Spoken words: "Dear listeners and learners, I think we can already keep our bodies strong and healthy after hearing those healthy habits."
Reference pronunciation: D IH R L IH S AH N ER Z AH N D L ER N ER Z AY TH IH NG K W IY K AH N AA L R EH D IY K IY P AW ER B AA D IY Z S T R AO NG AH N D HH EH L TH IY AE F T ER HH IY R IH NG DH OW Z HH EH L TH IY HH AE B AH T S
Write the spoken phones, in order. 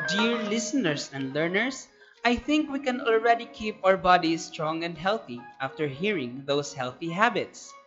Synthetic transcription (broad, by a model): D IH R L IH S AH N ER S AH N D L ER N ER S AY TH IH NG K W IY K AH N AA L R EH D IY K IY P AW ER B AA D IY S T R AO NG AH N D HH EH L TH IY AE F T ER HH IY R IH NG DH OW S HH EH L TH IY HH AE B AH T S